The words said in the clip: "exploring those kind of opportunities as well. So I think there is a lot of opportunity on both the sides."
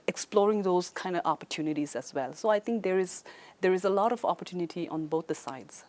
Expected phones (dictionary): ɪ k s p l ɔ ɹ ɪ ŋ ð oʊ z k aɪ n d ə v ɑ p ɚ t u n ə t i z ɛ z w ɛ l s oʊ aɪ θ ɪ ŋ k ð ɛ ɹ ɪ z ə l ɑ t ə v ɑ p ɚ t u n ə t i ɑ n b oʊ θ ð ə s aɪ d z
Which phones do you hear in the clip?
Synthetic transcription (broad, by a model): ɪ k s p l ɔ ɹ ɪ ŋ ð oʊ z k aɪ n d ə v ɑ p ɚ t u n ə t i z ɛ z w ɛ l s oʊ aɪ t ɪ ŋ k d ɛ ɹ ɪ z ə l ɑ t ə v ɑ p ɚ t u n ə t i ɑ n b oʊ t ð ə s aɪ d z